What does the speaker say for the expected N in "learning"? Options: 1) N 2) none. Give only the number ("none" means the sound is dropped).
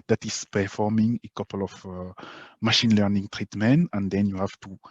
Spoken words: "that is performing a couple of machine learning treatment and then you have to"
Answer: 1